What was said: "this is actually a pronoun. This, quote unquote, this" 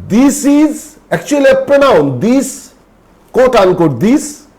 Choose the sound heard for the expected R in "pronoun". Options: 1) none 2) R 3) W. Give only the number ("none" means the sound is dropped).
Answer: 1